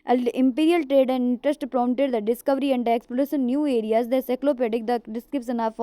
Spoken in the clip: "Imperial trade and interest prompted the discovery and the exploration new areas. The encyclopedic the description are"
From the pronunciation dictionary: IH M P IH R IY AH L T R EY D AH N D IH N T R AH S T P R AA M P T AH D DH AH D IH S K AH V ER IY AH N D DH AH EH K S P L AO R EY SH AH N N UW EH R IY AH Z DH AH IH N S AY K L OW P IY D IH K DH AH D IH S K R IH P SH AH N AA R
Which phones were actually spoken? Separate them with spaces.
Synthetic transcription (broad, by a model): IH M P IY R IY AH L T R EY D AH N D IH N T R AH S T P R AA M T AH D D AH D IH S K AH V ER IY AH N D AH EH K S P AO L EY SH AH N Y UW EH R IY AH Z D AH S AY K L OW P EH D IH K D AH D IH S K R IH P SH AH N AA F